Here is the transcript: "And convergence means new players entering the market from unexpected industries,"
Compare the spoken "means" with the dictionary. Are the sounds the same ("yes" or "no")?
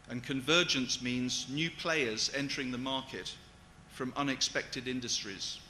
yes